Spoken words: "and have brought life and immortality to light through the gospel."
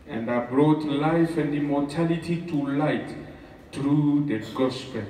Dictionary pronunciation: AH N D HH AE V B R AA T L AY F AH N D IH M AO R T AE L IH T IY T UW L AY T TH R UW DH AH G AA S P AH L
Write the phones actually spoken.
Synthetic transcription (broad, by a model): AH N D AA B R AA T L AY F AH N D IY M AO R T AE L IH T IY T UW L AY T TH R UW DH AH G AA S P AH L